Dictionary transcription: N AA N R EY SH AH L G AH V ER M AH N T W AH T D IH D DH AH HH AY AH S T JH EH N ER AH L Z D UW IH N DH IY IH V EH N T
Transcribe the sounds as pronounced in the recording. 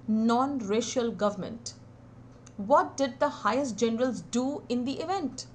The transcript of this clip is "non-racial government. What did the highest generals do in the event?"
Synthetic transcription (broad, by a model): N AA N R EY SH AH L G AH V ER M AH N T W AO T D IH D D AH HH AY AH S T JH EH N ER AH L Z D UW IH N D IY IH V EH N T